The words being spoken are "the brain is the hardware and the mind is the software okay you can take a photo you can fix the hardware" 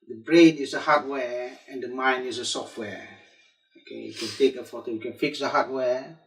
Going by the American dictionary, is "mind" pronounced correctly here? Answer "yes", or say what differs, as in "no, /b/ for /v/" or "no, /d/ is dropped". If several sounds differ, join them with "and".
no, /d/ is dropped